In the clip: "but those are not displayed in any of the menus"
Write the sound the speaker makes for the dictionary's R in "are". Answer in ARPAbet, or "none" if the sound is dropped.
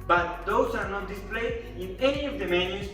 R